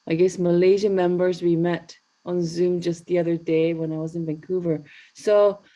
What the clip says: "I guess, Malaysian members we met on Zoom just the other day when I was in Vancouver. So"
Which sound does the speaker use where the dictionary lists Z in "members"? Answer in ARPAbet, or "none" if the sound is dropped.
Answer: Z